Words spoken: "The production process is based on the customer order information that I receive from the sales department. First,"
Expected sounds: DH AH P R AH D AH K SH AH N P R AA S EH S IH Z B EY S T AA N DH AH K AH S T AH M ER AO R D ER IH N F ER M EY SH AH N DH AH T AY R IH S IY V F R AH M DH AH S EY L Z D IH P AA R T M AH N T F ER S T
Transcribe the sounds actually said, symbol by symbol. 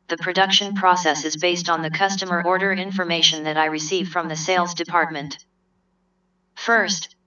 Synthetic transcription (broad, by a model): DH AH P R AH D AH K SH AH N P R AA S EH S IH Z B EY S T N DH AH K AH S T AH M ER AO R D ER IH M F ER M EY SH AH N DH AH T AY R IH S IY V F R AH M DH AH S EY L Z D IH P AA R T M AH N T F ER S T